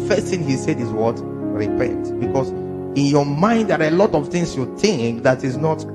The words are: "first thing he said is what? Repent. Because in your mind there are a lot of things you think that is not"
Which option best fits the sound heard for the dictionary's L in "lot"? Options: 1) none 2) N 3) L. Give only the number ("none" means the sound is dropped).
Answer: 3